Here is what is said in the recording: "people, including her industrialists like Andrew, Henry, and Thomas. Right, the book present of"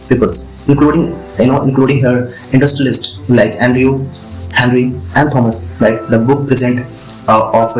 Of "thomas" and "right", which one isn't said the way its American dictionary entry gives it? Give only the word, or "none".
right